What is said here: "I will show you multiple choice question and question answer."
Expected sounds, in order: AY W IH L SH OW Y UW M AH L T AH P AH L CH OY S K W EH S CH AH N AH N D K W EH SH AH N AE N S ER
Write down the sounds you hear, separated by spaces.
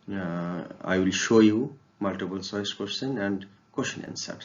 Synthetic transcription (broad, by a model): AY W IH L SH OW Y UW M AH L T AH P AH L S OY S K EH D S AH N AH N D K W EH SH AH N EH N S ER